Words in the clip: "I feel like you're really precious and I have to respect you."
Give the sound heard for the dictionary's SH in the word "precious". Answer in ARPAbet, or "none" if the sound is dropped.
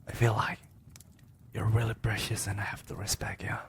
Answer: SH